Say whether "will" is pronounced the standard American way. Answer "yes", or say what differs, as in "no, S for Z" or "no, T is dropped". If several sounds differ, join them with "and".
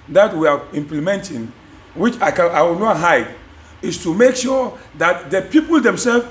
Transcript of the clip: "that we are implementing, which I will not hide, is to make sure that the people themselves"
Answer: no, W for L